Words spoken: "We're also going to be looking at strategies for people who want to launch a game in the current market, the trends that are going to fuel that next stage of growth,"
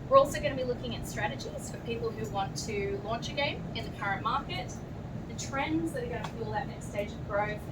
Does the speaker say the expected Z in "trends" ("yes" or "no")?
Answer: yes